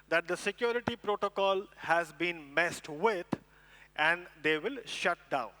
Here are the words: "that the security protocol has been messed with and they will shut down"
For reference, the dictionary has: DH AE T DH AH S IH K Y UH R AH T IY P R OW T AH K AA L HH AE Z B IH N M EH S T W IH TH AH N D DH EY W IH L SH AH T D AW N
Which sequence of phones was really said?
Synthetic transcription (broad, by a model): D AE T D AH S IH K Y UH R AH T IY P R OW T AH K AA L HH AE Z B IH N M EH S T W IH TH AH N D EY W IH L SH AH T D AW N